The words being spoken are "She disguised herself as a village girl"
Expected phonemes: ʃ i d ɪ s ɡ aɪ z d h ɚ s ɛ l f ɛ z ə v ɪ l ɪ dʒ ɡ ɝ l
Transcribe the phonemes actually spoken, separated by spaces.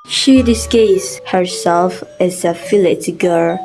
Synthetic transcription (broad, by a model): ʃ i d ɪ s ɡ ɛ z h ɚ s ɛ l f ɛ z ə f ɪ l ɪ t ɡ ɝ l